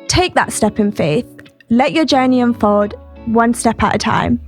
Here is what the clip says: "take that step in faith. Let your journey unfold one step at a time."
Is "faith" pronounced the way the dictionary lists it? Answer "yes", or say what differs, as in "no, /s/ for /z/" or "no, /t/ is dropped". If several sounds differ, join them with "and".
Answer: yes